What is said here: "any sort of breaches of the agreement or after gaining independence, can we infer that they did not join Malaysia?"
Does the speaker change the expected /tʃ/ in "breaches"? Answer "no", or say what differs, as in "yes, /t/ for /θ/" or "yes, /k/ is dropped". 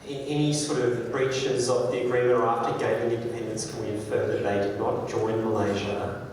no